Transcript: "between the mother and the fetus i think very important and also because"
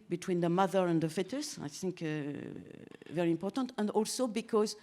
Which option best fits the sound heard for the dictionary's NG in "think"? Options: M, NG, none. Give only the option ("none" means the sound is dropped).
NG